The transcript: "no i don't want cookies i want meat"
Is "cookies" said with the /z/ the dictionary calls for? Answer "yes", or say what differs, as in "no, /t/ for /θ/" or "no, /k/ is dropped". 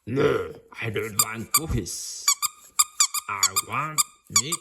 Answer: no, /s/ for /z/